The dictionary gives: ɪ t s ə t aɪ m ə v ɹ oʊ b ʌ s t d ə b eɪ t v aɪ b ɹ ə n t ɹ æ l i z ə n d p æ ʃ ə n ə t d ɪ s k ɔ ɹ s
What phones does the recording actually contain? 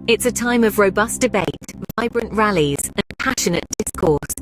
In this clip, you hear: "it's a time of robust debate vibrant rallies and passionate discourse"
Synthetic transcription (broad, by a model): ɪ t s ə t aɪ m ə v ɹ oʊ b ʌ s d ə b eɪ t v aɪ b ɹ ə n t ɹ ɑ l i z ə n p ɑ ʃ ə n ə t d ɪ s k ɔ s